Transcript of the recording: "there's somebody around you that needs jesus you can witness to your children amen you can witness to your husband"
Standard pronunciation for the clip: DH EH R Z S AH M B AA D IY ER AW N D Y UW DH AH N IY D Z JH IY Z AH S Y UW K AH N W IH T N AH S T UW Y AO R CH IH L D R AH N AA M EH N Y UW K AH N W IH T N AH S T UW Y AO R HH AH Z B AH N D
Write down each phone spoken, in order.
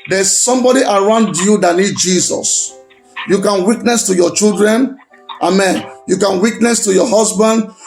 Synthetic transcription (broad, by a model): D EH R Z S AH M B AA D IY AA AW N D Y UW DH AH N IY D JH IY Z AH S Y UW K AH N W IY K N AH S T UW Y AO CH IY L D R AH N AA M EH N Y UW K AH N W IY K N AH S T UW Y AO HH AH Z B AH N D